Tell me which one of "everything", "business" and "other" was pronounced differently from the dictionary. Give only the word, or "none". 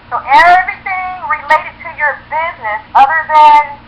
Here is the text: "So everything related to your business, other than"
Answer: none